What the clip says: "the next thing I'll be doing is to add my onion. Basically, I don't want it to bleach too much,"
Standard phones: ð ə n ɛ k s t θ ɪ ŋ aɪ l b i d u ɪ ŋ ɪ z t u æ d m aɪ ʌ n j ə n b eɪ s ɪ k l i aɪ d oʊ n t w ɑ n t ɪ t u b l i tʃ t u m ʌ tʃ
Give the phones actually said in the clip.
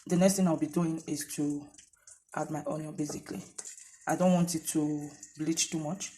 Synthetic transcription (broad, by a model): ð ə n ɛ k s t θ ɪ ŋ aɪ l b i d u ɪ ŋ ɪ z t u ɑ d m aɪ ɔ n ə b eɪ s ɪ k l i aɪ d oʊ n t w ɑ n t ɪ t u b l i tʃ t u m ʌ tʃ